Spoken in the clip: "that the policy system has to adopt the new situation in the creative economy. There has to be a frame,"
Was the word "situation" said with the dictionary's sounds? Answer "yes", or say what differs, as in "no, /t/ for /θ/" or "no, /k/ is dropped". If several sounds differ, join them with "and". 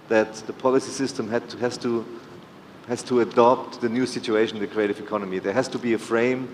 no, /ʃ/ is dropped